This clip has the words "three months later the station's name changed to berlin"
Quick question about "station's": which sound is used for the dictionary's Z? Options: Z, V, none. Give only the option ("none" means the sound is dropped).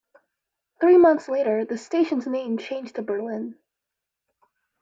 Z